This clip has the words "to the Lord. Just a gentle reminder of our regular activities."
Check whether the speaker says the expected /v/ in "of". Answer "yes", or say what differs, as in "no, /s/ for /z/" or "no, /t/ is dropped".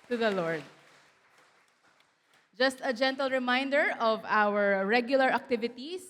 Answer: yes